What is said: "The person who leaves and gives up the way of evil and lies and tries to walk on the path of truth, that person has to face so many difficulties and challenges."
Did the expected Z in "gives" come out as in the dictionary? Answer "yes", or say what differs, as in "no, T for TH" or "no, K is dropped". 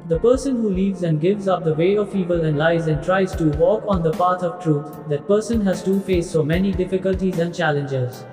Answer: yes